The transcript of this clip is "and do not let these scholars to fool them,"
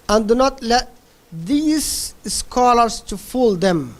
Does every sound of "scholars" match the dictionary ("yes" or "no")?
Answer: no